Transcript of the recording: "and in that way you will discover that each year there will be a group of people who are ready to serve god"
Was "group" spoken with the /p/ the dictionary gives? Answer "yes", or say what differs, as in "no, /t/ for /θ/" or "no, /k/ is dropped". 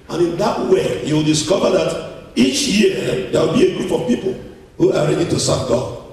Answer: no, /f/ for /p/